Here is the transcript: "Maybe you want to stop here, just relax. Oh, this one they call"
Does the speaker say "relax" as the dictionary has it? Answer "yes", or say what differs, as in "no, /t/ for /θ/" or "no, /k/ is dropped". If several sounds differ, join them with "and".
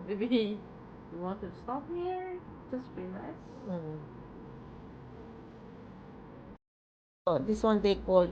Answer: no, /k/ is dropped